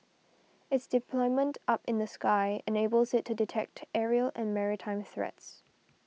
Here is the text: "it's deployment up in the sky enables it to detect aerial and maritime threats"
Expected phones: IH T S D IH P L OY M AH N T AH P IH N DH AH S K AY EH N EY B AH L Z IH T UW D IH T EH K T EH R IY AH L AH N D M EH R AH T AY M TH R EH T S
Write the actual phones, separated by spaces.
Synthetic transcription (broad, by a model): IH T S D IH P L OY M AH N T AH P IH N DH AH S K AY EH N EY B AH L Z IH T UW D IH T EH K T EH R IY AH L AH N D M EH R AH T AY M TH R EH T S